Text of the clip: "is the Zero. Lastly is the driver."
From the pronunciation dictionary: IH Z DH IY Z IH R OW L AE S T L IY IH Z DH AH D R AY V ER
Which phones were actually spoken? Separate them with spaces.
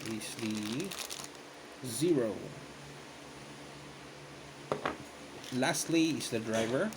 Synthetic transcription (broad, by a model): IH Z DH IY Z IH R OW L AE S T L IY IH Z DH AH D R AY V ER